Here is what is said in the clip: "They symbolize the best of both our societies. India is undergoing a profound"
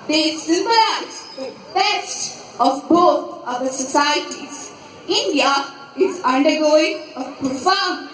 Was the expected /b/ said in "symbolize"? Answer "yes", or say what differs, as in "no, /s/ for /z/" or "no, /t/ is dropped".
no, /b/ is dropped